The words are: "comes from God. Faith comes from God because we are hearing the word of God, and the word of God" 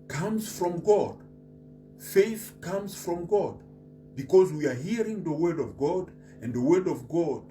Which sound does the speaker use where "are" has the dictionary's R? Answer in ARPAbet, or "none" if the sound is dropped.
R